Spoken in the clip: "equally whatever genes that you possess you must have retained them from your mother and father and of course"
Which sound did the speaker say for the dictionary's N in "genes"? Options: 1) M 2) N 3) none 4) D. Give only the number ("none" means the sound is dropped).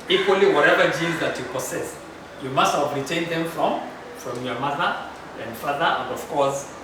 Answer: 3